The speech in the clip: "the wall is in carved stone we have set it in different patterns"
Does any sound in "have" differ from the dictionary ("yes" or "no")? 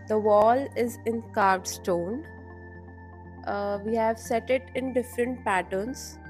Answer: no